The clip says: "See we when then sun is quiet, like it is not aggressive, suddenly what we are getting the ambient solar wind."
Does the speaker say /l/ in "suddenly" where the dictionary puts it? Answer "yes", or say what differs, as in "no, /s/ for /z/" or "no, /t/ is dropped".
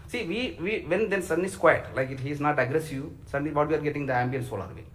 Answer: no, /l/ is dropped